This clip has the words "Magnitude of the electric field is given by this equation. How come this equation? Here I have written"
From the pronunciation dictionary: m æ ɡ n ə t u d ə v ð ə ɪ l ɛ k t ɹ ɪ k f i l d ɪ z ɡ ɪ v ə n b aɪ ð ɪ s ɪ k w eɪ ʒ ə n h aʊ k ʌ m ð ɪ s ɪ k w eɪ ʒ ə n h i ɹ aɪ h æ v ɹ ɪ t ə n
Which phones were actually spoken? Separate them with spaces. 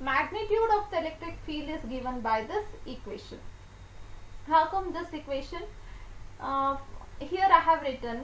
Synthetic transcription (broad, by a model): m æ ɡ n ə t u d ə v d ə ɪ l ɛ k t ɹ ɪ k f i l ɪ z ɡ ɪ v ə n b aɪ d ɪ s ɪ k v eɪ ʃ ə n h aʊ k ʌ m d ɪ s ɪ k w eɪ ʃ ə n h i ɹ aɪ h æ v ɹ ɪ t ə n